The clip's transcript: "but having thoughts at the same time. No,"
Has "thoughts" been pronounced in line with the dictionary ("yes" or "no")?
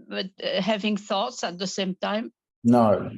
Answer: yes